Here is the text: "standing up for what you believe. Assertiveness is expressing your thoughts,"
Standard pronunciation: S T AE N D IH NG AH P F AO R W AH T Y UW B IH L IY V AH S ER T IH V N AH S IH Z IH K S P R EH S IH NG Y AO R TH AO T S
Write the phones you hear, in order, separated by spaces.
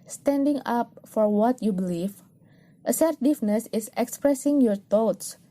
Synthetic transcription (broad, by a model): S T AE N D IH NG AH P F AO R W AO T Y UW B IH L IY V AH S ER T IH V N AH S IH S IH K S P R EH S IH NG Y AO R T AO T S